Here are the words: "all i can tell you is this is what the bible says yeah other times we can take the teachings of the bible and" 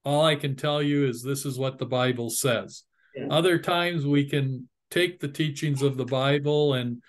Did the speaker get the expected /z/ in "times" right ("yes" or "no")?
yes